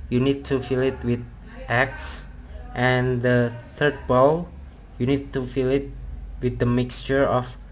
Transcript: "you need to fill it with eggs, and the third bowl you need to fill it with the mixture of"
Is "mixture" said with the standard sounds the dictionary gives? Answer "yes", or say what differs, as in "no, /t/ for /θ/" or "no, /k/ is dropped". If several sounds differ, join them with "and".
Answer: yes